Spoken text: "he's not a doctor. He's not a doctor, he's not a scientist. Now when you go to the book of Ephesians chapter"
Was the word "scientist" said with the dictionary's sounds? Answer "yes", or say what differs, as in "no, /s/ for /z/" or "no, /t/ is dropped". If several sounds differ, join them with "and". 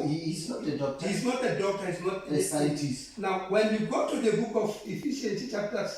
no, /n/ is dropped